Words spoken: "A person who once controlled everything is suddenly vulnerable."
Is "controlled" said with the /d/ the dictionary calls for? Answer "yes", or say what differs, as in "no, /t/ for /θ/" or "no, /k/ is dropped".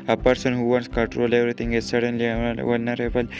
no, /d/ is dropped